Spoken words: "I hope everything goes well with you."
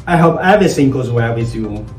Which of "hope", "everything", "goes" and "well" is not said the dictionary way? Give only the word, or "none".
everything